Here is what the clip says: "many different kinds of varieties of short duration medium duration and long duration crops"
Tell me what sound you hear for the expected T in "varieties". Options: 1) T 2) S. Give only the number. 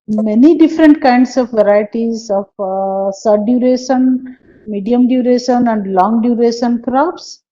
1